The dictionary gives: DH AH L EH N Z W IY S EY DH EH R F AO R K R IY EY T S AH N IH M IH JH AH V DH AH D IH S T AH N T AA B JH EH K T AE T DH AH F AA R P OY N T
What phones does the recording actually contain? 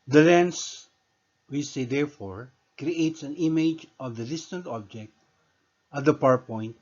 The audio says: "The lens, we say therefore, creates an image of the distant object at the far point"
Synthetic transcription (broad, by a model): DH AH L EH N S W IY S EY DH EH R F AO R K R IY EY T S AH N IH M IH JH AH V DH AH D IH S T AH N T AA B JH EH K T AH T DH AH P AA R P OY N T